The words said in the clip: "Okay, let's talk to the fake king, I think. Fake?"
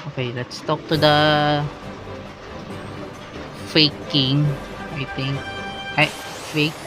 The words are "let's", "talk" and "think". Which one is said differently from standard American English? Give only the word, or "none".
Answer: think